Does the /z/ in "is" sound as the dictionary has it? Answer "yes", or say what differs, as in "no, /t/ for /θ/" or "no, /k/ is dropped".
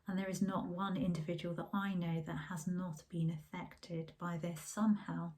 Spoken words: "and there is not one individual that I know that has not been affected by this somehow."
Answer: yes